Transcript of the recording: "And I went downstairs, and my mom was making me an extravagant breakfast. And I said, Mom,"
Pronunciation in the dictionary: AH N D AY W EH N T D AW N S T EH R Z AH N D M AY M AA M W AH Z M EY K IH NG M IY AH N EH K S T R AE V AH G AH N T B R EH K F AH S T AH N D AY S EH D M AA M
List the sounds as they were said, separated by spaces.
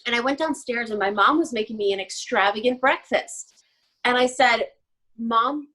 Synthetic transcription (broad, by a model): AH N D AY W EH N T D AW N S T EH R Z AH N M AY M AA M W AH Z M EY K IH NG M IY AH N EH K S T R AE V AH G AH N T B R EH K F AH S T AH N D AY S EH D M AA M